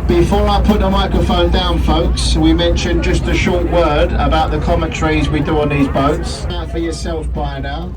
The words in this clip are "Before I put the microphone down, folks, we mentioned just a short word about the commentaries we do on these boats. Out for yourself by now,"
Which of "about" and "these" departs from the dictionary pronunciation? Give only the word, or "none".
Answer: none